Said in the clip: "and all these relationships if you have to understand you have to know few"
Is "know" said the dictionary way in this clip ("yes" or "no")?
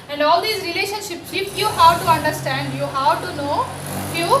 yes